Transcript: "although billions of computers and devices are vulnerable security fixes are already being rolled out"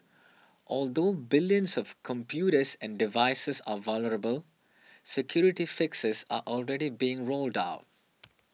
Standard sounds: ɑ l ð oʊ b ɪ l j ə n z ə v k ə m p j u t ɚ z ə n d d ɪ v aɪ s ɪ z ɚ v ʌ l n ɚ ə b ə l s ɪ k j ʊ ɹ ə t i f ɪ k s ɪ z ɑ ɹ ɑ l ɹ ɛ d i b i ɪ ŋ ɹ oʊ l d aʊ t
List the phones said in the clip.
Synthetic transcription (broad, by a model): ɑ l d oʊ b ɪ l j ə n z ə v k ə m p j u t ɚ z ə n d d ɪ v aɪ s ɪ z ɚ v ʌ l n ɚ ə b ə l s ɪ k j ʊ ɹ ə t i f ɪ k s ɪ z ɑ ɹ ɑ l ɹ ɛ d i b i ɪ ŋ ɹ oʊ l d aʊ t